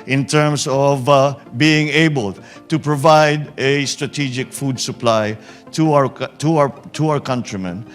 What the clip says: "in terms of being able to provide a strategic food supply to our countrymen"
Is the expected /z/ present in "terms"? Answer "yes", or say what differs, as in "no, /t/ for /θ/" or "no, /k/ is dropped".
no, /s/ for /z/